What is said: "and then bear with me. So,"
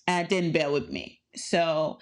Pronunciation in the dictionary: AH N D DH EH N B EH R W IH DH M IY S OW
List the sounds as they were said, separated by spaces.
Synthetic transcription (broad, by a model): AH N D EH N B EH L W IH DH M IY S OW